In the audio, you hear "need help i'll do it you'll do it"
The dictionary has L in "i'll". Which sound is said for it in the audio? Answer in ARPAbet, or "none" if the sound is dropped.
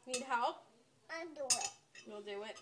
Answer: N